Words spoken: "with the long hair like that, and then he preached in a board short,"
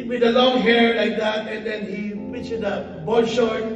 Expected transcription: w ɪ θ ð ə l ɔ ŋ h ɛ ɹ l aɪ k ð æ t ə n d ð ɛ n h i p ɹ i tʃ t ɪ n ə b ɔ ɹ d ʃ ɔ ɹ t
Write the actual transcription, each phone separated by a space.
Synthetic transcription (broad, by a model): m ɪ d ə l ɔ ŋ h ɛ ɹ l aɪ k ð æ t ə n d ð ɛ n h i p i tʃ ɪ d ə b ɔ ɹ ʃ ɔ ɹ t